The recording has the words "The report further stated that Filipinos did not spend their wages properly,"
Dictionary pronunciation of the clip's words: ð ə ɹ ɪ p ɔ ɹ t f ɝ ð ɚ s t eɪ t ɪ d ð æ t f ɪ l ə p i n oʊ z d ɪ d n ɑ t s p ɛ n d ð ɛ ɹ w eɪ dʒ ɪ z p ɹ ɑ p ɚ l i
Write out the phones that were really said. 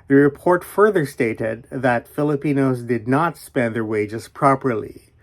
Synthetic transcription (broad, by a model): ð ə ɹ ɪ p ɔ ɹ t f ɝ ð ɚ s t eɪ t ɪ d ð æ t f ɪ l ə p i n oʊ z d ɪ d n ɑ t s p ɛ n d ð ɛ ɹ w eɪ dʒ ɪ z p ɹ ɑ p ɚ l i